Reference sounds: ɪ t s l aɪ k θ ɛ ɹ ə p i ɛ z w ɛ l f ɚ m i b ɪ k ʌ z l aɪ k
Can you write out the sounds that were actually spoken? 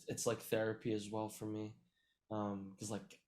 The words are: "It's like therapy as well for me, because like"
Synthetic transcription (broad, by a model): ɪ t s l aɪ k θ ɛ ɹ ə p i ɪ z w ɛ l f ɚ m i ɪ k ʌ z l aɪ k